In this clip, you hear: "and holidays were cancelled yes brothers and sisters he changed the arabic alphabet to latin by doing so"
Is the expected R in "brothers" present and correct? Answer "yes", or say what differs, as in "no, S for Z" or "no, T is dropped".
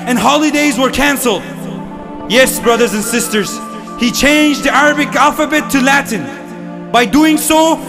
yes